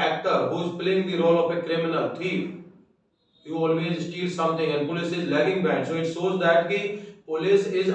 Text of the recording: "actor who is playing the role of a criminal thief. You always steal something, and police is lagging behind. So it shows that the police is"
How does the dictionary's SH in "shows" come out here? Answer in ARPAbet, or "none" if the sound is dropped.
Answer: S